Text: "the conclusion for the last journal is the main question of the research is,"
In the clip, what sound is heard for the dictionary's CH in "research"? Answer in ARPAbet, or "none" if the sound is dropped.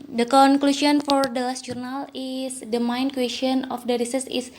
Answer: S